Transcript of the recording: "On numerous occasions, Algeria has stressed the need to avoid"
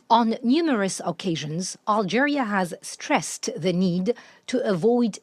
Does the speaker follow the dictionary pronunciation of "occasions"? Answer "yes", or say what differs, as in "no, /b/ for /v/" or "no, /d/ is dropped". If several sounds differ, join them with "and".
yes